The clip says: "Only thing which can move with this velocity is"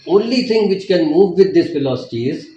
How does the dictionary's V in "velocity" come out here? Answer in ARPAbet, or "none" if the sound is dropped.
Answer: F